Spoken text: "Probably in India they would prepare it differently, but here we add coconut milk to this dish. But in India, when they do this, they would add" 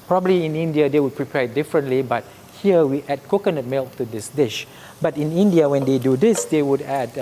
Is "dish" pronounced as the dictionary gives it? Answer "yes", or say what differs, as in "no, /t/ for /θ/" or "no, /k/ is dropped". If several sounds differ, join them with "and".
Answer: yes